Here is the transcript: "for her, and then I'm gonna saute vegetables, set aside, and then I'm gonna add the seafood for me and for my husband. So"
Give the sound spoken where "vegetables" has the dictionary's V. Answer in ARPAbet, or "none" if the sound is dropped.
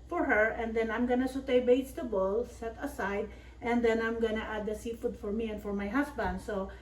B